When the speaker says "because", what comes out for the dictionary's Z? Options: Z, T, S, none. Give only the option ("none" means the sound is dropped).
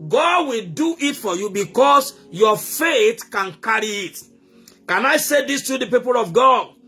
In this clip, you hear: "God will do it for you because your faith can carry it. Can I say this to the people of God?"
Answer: S